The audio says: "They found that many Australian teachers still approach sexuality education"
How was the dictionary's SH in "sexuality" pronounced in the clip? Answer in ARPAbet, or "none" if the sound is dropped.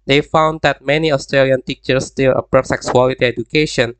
S